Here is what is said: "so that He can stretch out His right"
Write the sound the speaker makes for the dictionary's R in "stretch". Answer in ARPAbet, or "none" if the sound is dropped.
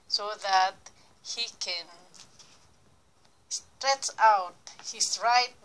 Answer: R